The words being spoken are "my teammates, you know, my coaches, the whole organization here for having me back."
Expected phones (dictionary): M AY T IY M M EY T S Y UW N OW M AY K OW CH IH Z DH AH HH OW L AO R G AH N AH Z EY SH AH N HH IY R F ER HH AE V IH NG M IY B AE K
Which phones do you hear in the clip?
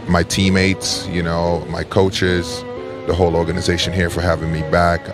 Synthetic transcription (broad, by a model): M AY T IY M M EY T S Y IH N OW M AY K OW CH IH Z DH AH HH OW L AO R G AH N AH Z EY SH AH N HH IY R F ER HH AE V IH NG M IY B AE K